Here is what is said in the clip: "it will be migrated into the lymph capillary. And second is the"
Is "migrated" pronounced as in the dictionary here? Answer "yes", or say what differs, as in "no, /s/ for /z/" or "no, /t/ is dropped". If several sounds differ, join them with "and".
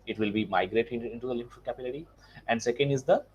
no, /d/ is dropped